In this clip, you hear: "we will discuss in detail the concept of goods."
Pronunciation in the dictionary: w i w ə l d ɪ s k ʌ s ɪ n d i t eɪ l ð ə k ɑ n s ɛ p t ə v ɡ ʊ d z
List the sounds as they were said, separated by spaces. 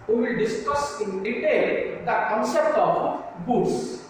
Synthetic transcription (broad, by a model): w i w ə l d ɪ s k ʌ s ɪ n d i t eɪ l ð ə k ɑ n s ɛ t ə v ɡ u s